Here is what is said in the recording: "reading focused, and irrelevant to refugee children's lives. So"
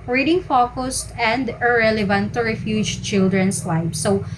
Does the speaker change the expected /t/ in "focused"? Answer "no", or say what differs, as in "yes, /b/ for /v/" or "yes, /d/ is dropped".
no